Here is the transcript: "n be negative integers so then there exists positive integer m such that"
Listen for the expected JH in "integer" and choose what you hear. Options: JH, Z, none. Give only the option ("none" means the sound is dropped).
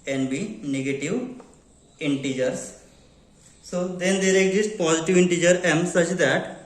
JH